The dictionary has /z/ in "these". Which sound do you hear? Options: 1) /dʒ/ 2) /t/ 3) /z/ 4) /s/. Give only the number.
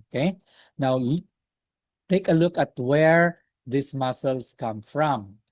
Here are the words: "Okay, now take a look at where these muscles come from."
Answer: 4